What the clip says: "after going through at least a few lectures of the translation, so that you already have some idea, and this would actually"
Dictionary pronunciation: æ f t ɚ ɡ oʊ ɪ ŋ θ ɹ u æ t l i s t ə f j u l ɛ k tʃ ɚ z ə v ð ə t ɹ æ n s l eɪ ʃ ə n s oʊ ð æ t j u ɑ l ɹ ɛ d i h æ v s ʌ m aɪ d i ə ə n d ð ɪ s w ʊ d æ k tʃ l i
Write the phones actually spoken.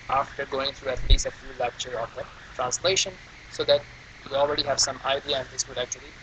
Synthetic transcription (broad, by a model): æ f t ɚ ɡ oʊ ɪ ŋ t ɹ u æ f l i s ə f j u l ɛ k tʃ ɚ ə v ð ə t ɹ æ n s l eɪ ʃ ə n s oʊ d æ t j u ɑ l ɹ ɛ d i h æ v s ʌ m aɪ d i ə ə n d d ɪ s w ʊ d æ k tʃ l i